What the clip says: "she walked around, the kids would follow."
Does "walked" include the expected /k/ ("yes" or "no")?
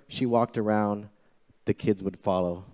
yes